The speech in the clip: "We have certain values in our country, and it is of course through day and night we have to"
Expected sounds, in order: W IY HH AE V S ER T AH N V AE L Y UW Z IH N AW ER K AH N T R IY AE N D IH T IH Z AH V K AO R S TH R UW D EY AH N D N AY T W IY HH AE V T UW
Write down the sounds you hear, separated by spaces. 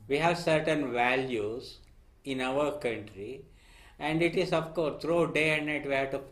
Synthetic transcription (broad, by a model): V IY HH AE V S ER T AH N V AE L Y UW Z IH N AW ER K AH N T R IY AE N D IH T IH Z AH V K AO R S T R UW D EY AH N D N AY T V IY HH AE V T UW